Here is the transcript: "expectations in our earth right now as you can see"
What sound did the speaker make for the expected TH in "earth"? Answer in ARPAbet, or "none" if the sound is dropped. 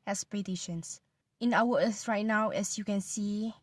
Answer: S